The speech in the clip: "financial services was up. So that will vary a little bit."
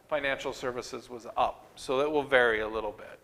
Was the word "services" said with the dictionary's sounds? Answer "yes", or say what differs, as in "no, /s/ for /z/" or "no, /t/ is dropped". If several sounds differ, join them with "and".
yes